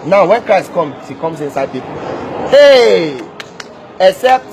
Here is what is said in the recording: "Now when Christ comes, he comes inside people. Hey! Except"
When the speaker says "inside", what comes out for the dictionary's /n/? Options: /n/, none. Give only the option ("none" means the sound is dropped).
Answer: /n/